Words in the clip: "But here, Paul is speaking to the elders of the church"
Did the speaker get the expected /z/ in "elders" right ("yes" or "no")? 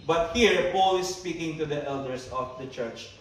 no